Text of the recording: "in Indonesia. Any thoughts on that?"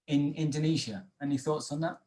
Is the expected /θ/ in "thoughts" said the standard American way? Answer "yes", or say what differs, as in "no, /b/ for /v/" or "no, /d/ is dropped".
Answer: yes